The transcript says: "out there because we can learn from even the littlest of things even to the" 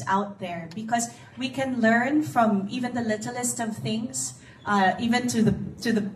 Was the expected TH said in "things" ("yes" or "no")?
yes